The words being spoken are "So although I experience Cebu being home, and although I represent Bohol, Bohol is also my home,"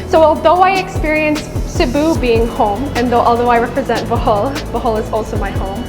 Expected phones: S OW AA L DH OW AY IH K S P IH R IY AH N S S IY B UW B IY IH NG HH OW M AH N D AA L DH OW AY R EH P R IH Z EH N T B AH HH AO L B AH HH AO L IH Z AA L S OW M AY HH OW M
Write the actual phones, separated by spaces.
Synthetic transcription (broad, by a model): S OW AA L DH OW AY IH K S P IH R IY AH N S S IY B UW B IY IH NG HH OW M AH N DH AA L DH OW AY R EH P R IH Z EH N T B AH HH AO L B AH HH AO L IH Z AA L S OW M AY HH OW M